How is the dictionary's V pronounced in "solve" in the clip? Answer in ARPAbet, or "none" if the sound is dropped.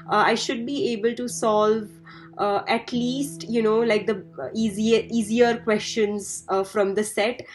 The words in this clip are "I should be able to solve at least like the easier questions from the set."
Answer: V